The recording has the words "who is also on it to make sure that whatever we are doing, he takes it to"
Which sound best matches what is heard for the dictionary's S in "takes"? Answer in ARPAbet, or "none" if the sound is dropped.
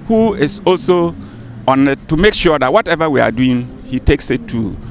S